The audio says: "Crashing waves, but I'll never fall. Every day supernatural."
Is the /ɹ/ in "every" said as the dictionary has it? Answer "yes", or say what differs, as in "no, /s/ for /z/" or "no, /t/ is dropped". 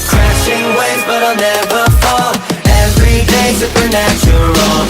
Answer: yes